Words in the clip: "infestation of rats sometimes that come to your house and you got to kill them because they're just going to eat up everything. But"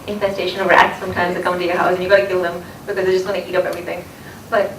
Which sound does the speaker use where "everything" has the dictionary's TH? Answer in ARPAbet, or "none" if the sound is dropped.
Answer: TH